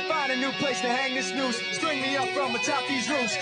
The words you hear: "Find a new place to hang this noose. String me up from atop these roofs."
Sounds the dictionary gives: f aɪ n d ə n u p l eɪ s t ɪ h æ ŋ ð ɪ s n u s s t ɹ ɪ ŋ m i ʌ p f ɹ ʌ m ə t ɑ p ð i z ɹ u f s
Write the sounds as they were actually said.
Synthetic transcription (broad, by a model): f aɪ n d ə n u p l eɪ s t ɪ h æ ŋ ð ɪ s n u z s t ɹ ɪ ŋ m i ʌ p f ɹ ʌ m ə t ɑ p ð i z ɹ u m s